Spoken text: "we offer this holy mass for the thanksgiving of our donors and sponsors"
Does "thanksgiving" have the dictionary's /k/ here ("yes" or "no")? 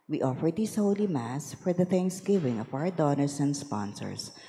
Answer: yes